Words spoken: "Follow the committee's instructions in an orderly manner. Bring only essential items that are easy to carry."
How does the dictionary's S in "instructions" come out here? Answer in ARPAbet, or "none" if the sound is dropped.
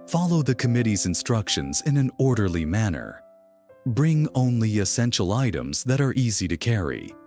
S